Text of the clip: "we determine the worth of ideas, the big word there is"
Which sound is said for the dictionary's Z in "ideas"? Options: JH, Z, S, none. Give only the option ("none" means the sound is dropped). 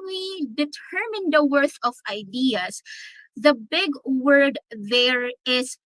S